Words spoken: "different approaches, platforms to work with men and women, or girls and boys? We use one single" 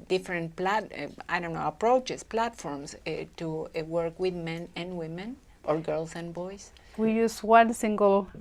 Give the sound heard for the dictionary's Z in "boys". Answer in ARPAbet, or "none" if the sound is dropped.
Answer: S